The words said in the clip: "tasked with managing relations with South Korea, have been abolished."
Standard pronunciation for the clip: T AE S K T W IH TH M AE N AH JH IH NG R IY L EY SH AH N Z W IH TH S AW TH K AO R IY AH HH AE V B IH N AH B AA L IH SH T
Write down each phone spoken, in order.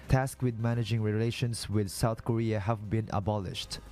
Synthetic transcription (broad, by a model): T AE S K W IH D M AE N AH JH IH NG R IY L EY SH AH N S W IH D S AW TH K AO R IY AH HH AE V B IH N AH B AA L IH SH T